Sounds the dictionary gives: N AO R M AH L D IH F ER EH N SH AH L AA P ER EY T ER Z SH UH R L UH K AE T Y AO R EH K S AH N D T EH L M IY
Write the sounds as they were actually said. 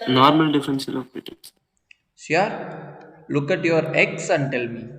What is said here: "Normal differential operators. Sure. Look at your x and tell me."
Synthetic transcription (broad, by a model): N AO R M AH L D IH F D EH N S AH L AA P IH T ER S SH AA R L UH K AE T Y AO R EH K S AH N D T EH L M IY